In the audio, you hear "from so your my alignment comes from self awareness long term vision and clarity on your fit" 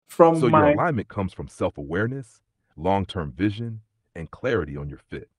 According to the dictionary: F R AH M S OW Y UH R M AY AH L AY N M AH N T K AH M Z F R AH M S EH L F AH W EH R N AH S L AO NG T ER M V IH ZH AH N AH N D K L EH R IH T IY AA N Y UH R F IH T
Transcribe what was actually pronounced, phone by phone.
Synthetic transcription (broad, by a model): F R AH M S OW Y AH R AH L AY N M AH N K AH M Z F R AH M S EH L F AH W EH R N AH S L AO NG T ER M V IH ZH AH N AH N K L EH R IH T IY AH N Y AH R F IH T